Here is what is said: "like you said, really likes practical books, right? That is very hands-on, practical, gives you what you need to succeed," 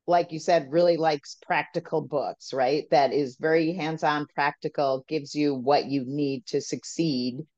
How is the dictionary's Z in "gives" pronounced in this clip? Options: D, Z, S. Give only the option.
Z